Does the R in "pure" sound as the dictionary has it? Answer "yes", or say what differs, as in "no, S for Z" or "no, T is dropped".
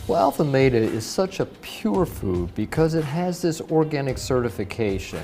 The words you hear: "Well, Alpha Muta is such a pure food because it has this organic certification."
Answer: yes